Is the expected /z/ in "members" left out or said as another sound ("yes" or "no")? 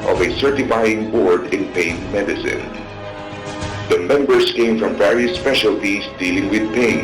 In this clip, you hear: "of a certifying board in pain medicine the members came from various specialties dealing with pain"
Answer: yes